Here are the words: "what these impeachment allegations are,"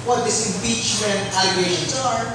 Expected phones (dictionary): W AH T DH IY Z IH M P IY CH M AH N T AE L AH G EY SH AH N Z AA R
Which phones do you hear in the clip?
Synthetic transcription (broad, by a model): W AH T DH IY S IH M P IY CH M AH N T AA AH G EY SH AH N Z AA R